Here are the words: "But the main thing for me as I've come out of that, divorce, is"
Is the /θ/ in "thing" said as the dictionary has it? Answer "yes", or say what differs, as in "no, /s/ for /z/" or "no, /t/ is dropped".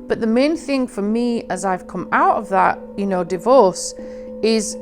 yes